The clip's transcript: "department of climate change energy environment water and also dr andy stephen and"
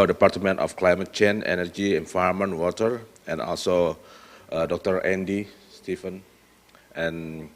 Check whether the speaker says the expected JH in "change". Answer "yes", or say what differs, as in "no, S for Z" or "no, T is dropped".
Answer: no, JH is dropped